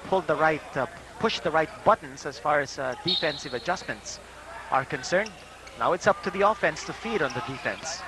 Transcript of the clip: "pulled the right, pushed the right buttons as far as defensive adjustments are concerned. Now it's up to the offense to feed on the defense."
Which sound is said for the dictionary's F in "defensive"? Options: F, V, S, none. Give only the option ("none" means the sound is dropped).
F